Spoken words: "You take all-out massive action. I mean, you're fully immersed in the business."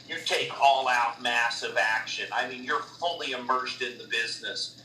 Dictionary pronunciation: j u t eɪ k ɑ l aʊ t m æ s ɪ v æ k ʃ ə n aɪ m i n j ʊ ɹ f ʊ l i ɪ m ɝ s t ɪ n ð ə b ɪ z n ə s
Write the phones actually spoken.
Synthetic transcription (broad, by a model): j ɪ t eɪ k ɑ l aʊ t m æ s ɪ v æ k ʃ ə n aɪ m i n j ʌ ɹ f ʊ l i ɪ m ɝ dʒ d ɪ n ð ə b ɪ z n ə s